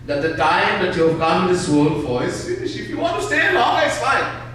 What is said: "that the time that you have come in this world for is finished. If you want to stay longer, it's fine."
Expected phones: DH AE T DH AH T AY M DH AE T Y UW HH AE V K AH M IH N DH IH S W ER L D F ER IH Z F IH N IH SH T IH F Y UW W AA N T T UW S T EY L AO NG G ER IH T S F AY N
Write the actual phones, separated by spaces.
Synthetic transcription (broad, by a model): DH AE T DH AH T AY M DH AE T Y UW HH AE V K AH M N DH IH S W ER L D F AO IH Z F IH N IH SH IH F Y UW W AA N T T UW S T EY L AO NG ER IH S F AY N